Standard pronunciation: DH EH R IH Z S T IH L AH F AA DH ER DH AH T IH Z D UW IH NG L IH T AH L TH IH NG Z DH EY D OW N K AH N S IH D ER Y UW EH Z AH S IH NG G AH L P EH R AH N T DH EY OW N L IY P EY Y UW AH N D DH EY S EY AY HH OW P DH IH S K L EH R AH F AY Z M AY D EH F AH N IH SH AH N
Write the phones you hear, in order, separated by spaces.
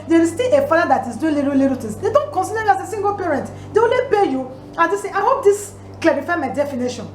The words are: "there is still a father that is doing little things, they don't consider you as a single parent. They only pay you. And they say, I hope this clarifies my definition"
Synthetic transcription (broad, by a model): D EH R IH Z S T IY L AH F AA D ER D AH T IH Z D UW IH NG L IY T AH L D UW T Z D EY D OW N K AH N S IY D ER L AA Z AH S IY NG G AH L P EH R AH N T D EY OW N L IY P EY Y UW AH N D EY S EY AY HH OW P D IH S K L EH R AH F AY M AY D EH F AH N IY SH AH N